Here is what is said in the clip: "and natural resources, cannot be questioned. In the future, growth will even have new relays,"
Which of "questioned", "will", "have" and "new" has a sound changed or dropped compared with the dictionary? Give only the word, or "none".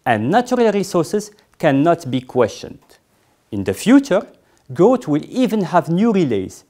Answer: none